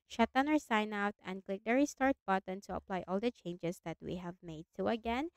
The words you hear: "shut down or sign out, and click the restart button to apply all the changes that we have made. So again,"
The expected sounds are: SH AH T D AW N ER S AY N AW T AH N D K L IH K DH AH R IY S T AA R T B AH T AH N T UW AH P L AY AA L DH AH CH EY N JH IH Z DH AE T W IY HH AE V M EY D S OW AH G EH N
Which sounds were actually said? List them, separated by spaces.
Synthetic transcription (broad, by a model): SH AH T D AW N ER S AY N AW T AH N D K L IH K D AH R IY S T AA R T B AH T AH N T UW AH P L AY AA L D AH CH EY N JH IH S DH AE T W IY HH AE V M EY D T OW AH G EH N